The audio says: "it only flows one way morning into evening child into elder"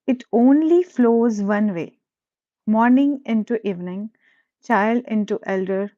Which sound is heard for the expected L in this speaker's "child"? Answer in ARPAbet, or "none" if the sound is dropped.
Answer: L